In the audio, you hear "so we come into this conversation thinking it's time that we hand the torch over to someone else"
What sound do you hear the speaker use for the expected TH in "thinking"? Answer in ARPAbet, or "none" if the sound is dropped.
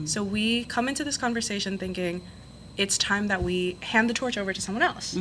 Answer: TH